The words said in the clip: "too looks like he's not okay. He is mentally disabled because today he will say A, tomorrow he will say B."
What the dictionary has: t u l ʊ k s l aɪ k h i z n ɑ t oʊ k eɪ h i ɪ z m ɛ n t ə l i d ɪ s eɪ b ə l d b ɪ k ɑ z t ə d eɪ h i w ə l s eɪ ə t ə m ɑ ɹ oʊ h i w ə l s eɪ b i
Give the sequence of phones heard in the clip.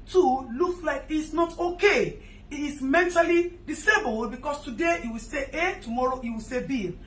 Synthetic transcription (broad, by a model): t u l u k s l aɪ k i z n ɑ t oʊ k eɪ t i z m ɛ n t ə l i d ɪ s eɪ b ə l d b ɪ k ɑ s t ə d eɪ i w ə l s eɪ ə t ə m ɑ ɹ oʊ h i w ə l s eɪ b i